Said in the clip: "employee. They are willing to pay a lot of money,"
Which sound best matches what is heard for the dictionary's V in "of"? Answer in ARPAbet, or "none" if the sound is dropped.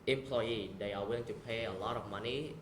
F